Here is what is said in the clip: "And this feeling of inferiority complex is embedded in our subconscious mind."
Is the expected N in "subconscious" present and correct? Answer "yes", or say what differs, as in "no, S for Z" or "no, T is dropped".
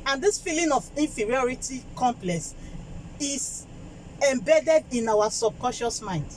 no, N is dropped